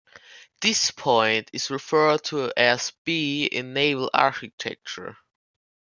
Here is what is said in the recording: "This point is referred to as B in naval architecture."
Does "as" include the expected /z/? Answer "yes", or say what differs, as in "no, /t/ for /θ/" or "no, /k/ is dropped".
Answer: no, /s/ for /z/